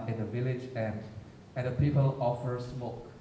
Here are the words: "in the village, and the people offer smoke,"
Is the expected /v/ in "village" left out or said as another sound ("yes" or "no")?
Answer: no